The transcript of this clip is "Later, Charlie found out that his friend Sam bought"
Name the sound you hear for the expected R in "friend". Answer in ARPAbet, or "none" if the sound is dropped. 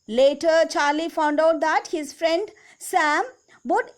R